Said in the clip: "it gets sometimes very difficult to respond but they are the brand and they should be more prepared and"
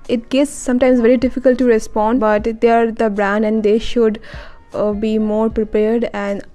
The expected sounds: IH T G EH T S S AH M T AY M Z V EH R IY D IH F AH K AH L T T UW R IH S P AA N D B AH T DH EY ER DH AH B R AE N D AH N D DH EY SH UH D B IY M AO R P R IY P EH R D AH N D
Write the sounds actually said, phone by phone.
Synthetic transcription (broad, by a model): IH T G EH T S S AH M T AY M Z V EH R IY D IH F AH K AH L T T UW R IH S P AA N D B AH T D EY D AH B R AE N D AH N D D EY SH UH D B IY M AO R P R IY P EH R D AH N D